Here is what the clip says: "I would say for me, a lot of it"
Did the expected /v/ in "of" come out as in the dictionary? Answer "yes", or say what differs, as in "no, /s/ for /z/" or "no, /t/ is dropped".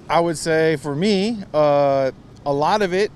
yes